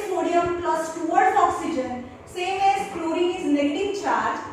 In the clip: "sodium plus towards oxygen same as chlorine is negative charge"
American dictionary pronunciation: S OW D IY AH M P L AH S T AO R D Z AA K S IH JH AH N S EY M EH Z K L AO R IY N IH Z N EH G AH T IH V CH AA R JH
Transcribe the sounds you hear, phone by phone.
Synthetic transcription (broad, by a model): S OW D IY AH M P L AH S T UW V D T AA K S IH JH AH N S EY M EH Z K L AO R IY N IH Z L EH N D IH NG CH AA R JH